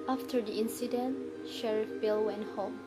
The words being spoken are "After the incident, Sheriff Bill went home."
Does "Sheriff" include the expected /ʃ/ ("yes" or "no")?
yes